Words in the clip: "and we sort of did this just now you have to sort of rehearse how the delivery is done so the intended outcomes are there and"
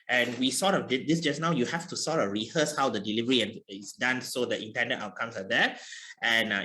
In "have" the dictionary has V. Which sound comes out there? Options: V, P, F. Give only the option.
F